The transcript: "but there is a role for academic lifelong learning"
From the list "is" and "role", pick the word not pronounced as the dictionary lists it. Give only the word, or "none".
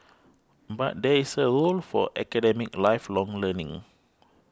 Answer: is